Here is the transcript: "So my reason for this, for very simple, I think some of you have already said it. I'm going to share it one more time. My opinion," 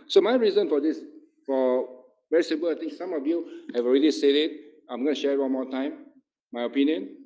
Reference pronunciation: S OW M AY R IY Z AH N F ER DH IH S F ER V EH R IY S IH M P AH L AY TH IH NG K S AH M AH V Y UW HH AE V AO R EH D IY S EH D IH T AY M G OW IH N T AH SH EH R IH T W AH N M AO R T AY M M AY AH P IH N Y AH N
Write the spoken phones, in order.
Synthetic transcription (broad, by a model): S OW M AY R IY Z AH N F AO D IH S F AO V EH R IY S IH M P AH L AY T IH NG K S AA M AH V Y UW HH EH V AO R EH D IY S EH D IH T AY M G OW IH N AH SH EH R IH T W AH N M AO T AY M M AY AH P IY N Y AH N